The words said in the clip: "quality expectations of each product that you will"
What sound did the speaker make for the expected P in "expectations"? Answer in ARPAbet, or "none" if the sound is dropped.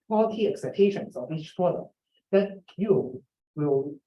none